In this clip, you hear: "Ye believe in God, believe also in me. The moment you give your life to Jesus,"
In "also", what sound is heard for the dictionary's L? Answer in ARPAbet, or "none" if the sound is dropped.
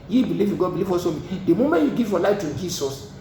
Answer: none